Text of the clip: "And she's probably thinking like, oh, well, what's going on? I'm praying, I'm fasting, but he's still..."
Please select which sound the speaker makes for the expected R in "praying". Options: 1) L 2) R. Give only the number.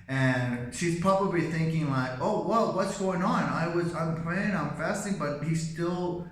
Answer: 1